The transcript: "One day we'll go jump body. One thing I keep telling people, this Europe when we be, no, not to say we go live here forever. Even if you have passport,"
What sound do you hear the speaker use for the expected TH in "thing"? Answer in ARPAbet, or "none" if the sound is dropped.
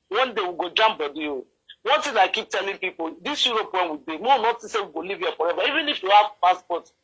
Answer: T